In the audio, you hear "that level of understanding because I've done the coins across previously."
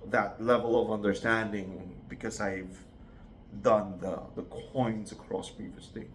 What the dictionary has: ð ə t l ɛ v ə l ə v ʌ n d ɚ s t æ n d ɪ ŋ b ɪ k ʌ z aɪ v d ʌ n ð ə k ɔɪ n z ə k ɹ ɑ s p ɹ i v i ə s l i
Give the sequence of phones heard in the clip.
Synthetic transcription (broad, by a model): ð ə t l ɛ v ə l ə v ʌ n d ɚ s t æ n d ɪ ŋ b ɪ k ʌ z aɪ v d ʌ n ð ə k ɔɪ n z ə k ɹ ɑ s p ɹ i v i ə s l i